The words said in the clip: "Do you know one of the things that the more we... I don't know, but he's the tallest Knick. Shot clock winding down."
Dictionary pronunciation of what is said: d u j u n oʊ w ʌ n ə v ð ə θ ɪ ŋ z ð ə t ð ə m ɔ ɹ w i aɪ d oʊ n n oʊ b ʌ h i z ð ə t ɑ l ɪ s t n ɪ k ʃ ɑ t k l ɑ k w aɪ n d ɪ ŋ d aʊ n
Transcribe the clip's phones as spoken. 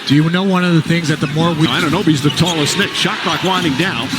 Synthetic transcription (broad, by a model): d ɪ j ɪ n oʊ w ʌ n ə v ð ə θ ɪ ŋ z ð ə t ð ə m ɔ ɹ w i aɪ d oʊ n n oʊ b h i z ð ə t ɑ l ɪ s n ɪ k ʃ ɑ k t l ɑ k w aɪ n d ɪ ŋ d aʊ n